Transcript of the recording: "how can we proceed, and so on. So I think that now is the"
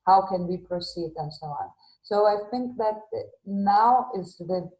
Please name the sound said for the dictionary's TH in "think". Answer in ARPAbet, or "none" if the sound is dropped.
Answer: TH